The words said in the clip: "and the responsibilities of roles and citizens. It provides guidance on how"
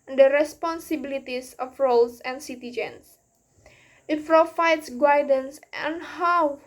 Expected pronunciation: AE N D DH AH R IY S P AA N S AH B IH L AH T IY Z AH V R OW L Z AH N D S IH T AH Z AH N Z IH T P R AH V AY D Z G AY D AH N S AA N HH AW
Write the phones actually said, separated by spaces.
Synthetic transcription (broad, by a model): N D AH R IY S P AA N S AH B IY L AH T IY S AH F R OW L S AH N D S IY T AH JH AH N S IH T F R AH F AY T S G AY D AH N S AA N HH AW